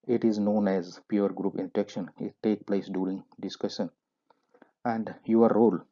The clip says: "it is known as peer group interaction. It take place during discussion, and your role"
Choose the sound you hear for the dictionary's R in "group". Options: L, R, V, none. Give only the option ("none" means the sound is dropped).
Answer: R